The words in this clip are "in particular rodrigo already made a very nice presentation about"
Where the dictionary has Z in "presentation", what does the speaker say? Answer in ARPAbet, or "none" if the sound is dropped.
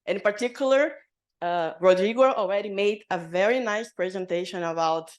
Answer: Z